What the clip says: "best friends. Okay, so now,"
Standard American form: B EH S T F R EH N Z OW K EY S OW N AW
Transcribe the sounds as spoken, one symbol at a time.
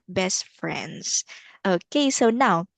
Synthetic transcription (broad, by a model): B EH S T F R EH N Z OW K EY S OW N AW